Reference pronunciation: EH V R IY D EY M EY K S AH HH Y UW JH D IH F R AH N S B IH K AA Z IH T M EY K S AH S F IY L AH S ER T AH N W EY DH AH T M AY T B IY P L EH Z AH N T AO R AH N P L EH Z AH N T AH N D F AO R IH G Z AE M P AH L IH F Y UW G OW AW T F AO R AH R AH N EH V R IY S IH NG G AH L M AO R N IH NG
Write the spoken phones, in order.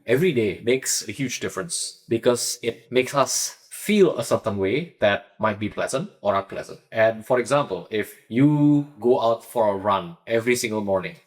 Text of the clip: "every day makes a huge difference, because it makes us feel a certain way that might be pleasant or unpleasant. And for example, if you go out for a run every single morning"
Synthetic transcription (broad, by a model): EH V R IY D EY M EY K S AH HH Y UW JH D IH F R AH N S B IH K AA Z IH T M EY K S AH S F IY L AH S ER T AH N W EY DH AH T M AY T B IY P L EH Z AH N T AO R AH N P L EH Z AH N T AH N F AO R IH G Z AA M P AH L IH F Y UW G OW AW T F AO R AH R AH N EH V R IY S IH NG G AH L M AO R N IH NG